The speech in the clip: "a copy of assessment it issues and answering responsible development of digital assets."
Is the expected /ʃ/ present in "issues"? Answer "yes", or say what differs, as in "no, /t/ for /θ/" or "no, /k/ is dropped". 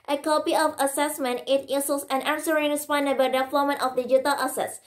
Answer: no, /s/ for /ʃ/